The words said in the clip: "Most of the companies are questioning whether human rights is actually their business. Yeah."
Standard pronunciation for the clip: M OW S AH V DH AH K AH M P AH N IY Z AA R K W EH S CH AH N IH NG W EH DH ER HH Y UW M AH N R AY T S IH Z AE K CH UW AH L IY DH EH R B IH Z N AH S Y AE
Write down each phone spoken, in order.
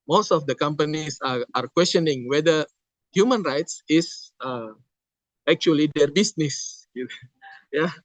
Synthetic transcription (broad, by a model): M OW S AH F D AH K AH M P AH N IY S AA R K W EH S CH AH N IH NG W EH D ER HH Y UW M AH N R AY T S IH S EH K CH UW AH L IY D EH R B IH S N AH S Y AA